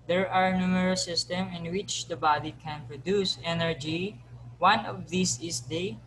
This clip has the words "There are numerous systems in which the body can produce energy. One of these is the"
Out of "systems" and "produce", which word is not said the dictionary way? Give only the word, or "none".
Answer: systems